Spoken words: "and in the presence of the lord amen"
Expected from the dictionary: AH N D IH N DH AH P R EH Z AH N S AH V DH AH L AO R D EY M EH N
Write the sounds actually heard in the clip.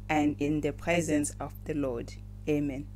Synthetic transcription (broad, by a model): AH N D IH N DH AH P R EH Z AH N S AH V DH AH L AO D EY M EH N